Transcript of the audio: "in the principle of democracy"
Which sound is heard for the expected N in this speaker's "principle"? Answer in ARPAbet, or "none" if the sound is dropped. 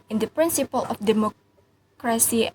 N